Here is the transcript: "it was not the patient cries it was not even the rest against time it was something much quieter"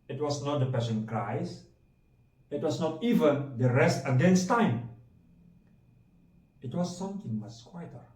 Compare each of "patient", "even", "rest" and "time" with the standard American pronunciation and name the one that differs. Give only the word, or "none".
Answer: patient